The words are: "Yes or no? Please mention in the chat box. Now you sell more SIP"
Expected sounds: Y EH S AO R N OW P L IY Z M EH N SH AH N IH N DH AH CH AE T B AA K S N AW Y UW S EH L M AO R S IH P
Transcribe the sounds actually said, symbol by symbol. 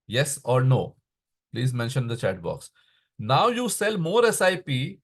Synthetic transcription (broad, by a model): Y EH S AO R N OW P L IY Z M EH N SH AH N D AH CH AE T B AA K S N AW Y UW S EH L M AO R S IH P